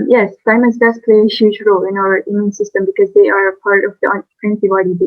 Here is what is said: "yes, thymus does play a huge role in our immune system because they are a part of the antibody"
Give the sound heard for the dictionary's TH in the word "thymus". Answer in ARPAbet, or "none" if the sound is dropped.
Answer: F